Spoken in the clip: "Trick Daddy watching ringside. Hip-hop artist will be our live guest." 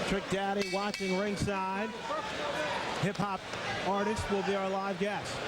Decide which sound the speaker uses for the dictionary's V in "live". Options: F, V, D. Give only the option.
V